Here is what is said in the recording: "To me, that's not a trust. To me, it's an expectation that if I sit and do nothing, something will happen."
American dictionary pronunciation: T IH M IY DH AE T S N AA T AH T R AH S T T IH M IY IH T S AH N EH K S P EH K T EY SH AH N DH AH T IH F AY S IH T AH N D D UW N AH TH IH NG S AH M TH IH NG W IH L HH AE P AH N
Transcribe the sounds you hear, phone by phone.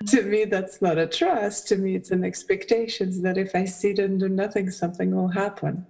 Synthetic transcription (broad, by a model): T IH M IY DH AE T S N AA T AH T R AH S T T IH M IY IH T S AH N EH K S P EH K T EY SH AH N DH AH T IH F AY S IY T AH N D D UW N AH TH IH NG S AH M TH IH NG W IH L HH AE P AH N